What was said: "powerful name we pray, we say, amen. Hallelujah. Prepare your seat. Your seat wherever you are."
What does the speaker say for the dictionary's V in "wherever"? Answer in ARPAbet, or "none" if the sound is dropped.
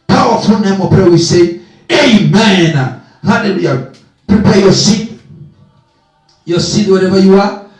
B